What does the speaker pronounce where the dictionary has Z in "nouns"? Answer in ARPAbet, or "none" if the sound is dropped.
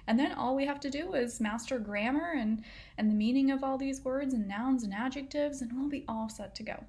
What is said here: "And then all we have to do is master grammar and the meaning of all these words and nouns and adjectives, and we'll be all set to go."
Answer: Z